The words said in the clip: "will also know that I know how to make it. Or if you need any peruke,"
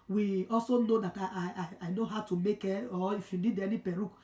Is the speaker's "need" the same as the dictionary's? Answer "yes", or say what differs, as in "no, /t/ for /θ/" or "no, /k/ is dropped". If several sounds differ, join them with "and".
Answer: no, /l/ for /n/